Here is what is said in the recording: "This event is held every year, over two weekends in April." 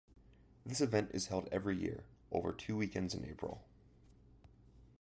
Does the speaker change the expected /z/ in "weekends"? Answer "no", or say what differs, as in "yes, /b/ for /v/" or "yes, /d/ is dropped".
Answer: no